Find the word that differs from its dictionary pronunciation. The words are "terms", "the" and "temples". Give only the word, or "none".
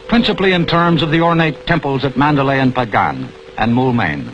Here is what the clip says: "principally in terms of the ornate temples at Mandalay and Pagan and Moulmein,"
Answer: none